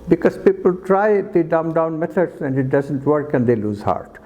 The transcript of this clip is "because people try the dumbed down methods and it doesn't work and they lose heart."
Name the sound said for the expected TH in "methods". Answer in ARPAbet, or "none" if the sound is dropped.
T